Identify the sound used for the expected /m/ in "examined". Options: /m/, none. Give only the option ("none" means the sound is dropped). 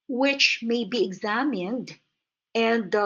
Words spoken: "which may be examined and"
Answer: /m/